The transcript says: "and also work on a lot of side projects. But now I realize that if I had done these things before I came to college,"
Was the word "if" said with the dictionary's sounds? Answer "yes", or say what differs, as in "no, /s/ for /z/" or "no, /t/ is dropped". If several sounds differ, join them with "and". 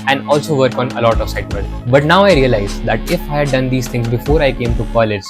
yes